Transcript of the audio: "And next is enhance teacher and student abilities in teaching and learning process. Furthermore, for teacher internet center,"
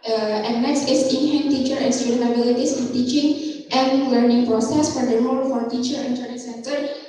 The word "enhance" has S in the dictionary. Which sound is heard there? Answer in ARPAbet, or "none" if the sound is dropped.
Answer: none